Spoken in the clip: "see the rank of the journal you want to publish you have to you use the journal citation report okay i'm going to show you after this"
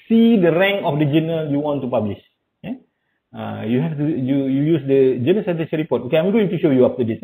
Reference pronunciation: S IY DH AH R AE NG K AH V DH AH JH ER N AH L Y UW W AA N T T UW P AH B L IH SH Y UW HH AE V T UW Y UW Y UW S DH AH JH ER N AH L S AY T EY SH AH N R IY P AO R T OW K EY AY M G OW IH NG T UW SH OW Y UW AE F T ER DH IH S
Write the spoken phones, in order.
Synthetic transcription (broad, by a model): S IY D AH R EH NG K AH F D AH JH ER N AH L Y UW W AA N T T UW P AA B L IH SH Y UW HH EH F T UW Y UW Y UW S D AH JH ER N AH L S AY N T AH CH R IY P AO T OW K EY AY M G OW IH NG T UW SH OW Y UW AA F T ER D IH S